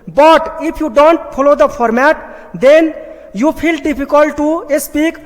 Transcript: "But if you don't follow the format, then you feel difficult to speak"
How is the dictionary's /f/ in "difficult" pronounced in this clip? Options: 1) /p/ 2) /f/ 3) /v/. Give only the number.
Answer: 1